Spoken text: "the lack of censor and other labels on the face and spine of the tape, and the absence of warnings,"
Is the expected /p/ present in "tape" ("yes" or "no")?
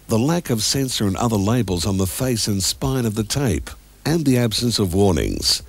yes